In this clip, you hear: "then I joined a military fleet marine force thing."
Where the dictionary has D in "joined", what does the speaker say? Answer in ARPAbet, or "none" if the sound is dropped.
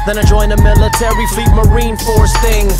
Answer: none